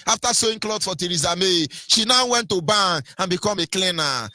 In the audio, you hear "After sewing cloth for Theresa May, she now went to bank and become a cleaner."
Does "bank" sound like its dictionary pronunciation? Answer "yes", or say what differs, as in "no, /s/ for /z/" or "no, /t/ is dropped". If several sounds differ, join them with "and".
no, /k/ is dropped